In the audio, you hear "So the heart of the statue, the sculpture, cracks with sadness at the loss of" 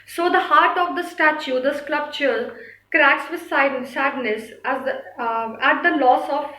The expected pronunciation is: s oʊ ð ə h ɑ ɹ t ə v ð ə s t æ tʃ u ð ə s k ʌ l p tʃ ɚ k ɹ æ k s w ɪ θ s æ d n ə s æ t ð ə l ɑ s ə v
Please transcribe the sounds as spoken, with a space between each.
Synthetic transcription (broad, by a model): s oʊ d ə h ɑ ɹ t ə v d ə s t æ tʃ u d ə s k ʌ p tʃ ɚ k ɹ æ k s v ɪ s s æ d n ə s æ t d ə l ɑ s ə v